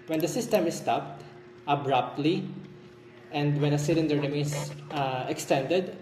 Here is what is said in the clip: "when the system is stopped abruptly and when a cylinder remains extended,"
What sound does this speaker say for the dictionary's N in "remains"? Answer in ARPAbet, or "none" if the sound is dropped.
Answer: none